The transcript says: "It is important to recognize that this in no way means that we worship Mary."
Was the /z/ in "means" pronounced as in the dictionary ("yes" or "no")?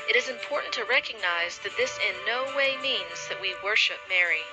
yes